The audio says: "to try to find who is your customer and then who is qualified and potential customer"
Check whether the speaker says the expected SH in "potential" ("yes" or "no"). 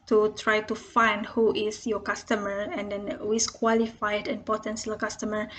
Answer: no